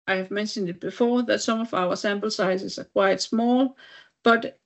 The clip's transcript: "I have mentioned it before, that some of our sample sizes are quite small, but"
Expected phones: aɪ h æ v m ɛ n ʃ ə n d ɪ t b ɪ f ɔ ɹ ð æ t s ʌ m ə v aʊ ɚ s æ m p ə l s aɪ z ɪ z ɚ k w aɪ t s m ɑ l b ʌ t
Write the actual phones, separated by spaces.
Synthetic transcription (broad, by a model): aɪ h æ v m ɛ n ʃ ə n d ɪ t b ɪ f ɔ ð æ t s ʌ m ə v aʊ ɚ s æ m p l s aɪ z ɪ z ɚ k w aɪ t s m ɑ l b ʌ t